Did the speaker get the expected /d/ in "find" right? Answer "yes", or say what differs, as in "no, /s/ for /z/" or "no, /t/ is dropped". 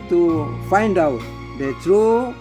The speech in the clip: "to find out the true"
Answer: yes